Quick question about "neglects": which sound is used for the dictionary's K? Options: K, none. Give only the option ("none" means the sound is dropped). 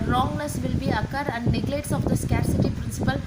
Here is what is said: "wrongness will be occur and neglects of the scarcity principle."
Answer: none